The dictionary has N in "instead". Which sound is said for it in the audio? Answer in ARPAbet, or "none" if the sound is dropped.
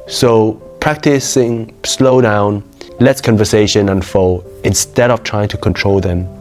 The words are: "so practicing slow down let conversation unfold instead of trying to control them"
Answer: N